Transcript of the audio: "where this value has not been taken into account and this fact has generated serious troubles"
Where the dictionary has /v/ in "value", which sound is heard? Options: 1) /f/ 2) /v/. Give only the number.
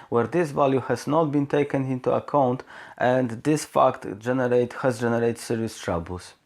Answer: 2